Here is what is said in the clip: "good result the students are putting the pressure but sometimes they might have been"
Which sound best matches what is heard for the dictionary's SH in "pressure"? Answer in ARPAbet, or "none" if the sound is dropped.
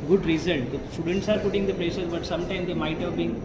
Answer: S